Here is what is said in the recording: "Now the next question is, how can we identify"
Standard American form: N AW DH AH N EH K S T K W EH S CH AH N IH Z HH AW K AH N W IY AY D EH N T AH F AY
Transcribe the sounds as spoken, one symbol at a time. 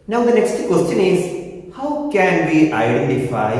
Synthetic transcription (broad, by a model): N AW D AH N EH K S T K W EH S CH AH N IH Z HH AW K AH N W IY AY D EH N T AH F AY